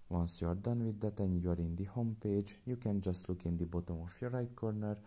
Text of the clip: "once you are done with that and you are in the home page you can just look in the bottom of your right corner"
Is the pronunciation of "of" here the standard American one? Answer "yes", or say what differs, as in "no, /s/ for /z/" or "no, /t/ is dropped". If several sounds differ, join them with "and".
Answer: no, /f/ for /v/